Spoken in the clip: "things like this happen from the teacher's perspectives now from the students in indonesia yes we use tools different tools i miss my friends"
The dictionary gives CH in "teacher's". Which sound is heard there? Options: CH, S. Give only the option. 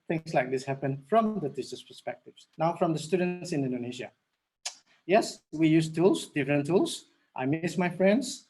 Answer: S